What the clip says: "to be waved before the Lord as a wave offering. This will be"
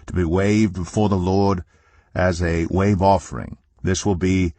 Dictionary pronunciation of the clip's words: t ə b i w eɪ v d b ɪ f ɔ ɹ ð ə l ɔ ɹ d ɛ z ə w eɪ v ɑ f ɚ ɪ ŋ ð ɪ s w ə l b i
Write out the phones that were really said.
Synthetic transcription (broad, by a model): t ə b i w eɪ v d b ɪ f ɔ ɹ ð ə l ɔ ɹ d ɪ z ə w eɪ v ɑ f ɚ ɪ ŋ ð ɪ s w ə l b i